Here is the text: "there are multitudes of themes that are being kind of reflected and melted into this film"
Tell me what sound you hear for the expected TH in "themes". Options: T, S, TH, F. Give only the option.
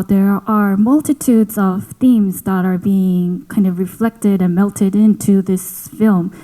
TH